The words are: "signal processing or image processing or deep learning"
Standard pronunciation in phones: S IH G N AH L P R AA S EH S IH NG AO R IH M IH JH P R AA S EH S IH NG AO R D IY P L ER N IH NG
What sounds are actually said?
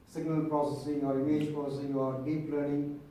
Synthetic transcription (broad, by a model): S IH G N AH L P R AA S EH S IH NG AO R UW IH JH P R AA S EH S IH NG AO R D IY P L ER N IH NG